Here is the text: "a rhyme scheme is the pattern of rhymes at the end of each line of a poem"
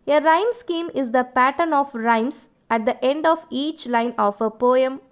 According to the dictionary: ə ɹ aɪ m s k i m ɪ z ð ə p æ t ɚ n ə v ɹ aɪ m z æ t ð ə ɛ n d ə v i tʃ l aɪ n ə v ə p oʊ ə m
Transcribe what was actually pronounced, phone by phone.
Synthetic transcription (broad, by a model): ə ɹ aɪ m s k i m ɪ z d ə p æ t ɚ n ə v ɹ aɪ m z æ t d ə ɛ n d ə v i tʃ l aɪ n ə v ə p oʊ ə m